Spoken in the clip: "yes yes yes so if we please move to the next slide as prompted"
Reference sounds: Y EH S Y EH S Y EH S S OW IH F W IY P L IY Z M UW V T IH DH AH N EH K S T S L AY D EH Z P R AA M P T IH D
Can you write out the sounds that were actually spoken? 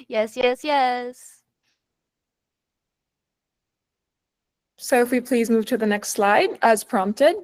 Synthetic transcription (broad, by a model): Y EH S Y EH S Y EH S S OW IH F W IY P L IY Z M UW V T IH DH AH N EH K S T S L AY D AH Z P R AA M P T IH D